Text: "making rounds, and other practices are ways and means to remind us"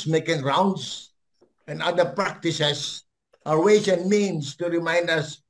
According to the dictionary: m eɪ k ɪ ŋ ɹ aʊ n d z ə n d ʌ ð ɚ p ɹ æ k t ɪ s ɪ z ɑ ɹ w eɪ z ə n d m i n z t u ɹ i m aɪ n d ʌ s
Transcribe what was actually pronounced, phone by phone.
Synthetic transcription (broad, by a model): m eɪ k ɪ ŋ ɹ aʊ n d s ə n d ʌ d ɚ p ɹ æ k t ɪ s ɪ s ɑ ɹ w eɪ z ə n m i n s t u ɹ i m aɪ n d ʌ s